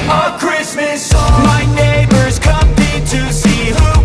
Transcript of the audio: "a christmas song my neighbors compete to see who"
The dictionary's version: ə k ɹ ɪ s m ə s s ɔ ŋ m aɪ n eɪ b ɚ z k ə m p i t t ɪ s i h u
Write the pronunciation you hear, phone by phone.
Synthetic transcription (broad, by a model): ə k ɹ ɪ s m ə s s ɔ m aɪ n eɪ b ɚ z k ə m i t t ɪ s i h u